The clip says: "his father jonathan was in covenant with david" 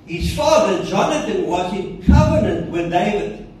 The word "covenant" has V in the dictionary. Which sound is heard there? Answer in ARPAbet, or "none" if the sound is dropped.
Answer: V